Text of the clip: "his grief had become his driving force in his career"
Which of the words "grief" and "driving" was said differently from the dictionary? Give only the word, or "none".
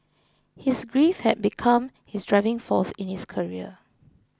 none